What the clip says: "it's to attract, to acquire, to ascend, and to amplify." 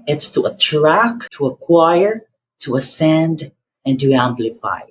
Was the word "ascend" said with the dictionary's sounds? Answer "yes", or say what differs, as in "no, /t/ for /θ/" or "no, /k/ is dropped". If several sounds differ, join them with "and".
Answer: yes